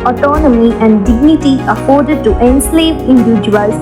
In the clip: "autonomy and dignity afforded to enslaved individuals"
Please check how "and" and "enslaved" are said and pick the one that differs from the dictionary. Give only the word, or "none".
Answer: enslaved